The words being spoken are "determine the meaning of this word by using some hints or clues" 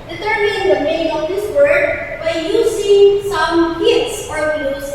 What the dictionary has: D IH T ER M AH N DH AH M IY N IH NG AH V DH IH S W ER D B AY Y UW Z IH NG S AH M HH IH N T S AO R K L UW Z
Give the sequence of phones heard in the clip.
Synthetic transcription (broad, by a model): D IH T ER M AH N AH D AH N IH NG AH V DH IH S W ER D B AY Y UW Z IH NG S AH M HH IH T S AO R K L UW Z